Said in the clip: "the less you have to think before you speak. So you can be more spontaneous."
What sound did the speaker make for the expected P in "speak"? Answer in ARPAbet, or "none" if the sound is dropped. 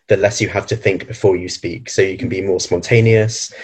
P